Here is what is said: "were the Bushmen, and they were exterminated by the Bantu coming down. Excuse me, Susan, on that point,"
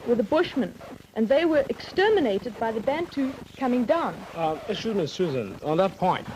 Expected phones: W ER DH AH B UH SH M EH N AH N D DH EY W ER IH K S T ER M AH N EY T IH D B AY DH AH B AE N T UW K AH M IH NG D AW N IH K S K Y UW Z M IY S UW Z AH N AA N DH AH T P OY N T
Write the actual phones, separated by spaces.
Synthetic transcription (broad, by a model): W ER DH AH B UH SH M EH N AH N DH EY W ER IH K S T ER M AH N EY T IH D B AY DH AH B AE N T UW K AH M IH NG D AW N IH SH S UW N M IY S UW Z AH N N DH AH T P OY N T